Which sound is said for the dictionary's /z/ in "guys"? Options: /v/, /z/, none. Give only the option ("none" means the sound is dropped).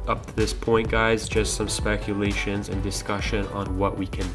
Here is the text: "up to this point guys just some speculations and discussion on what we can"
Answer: /z/